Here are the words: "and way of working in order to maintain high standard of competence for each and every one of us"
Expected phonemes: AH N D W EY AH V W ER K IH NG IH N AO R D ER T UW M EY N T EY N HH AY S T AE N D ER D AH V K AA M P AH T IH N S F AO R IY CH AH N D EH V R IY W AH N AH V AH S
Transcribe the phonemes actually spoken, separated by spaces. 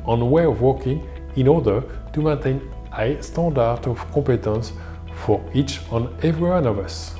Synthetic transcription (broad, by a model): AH N W EY AH V W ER K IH NG IH N AO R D ER T UW M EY N T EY N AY S T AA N D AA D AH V K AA P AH T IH N S F AO R IY CH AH N EH V R IY W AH N AH V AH S